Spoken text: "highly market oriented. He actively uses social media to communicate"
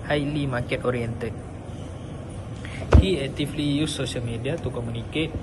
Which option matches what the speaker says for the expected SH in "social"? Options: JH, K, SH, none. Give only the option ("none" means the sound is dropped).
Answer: none